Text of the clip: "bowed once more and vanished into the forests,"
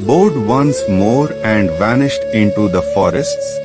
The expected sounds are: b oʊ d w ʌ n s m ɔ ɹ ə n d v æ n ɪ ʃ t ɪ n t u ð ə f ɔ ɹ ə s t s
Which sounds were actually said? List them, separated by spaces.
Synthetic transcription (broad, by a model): b oʊ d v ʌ n s m ɔ ɹ ə n d v æ n ɪ ʃ t ɪ n t u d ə f ɔ ɹ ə s t s